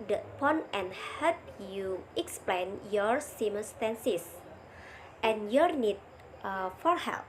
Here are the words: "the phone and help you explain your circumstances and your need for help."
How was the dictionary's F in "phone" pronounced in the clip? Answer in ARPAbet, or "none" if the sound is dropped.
P